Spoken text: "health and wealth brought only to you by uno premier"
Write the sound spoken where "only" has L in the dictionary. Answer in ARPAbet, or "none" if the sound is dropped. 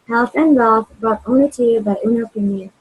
none